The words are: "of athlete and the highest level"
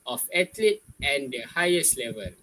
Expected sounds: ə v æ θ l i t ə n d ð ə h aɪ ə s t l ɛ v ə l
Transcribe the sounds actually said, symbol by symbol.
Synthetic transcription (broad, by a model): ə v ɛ t l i ə n d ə h aɪ ə s t l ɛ v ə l